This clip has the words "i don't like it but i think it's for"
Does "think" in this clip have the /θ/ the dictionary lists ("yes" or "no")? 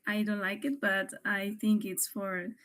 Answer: yes